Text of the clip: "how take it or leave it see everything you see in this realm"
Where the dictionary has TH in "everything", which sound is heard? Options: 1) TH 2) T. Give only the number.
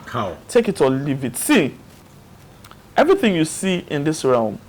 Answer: 1